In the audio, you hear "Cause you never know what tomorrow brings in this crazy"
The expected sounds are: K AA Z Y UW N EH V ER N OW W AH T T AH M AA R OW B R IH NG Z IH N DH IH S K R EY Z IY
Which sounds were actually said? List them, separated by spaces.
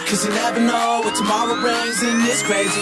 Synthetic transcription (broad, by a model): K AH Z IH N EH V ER N OW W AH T T AH M AA R OW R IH Z IH N DH IH S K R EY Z